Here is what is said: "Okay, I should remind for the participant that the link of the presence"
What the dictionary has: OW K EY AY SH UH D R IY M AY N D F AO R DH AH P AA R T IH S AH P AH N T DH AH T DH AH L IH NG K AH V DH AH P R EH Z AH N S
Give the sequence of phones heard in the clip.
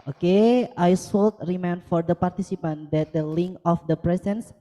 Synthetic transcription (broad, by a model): OW K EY AY S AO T R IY M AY N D F AO R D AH P AA R T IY S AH P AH N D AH T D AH L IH NG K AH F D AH P R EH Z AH N S